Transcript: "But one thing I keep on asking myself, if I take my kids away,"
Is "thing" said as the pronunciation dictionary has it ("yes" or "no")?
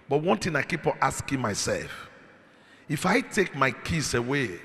no